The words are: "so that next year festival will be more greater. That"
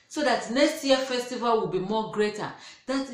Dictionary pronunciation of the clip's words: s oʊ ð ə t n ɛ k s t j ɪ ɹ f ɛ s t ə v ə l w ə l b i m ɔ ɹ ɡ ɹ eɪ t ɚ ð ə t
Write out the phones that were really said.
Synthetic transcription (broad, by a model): s oʊ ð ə t n ɛ k s t j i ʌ f ɛ s t ə v ə l w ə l b i m ɔ ɡ ɹ eɪ t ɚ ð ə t